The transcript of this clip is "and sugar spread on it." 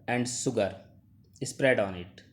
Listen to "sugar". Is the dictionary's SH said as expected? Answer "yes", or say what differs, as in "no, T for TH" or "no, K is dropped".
no, S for SH